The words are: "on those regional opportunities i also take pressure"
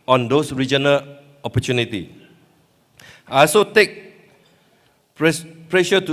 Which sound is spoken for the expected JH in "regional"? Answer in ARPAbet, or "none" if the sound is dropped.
JH